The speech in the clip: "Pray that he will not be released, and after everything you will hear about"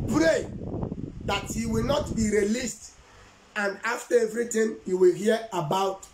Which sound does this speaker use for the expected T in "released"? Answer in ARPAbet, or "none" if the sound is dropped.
T